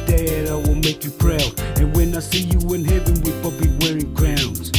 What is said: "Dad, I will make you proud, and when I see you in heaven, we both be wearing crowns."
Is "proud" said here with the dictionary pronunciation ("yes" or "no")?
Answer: no